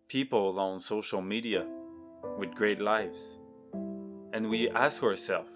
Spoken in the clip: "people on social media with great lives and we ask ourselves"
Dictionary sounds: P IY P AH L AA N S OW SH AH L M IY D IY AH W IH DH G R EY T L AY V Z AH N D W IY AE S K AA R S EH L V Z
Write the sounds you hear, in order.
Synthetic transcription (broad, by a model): P IY P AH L AA N S OW SH L M IY D IY AH W IH DH G R EY T L AY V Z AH N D W IY AE S K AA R S EH L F